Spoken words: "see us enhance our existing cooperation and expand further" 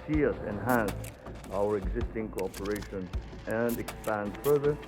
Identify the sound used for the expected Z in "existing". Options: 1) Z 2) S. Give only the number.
1